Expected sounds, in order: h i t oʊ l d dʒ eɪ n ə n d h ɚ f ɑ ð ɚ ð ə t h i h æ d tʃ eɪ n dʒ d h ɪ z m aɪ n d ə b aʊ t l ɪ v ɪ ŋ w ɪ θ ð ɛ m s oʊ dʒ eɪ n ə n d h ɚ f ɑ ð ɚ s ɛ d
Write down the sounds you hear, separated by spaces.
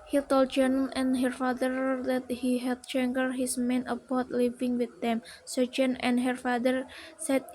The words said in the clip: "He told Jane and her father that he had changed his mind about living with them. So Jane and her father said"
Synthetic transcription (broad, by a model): h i t oʊ l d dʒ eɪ n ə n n h ɚ f ɑ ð ɚ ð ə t h i h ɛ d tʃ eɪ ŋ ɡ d h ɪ s m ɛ n ə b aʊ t l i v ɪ ŋ w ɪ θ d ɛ m s oʊ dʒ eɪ n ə n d h ɚ f ɑ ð ɚ s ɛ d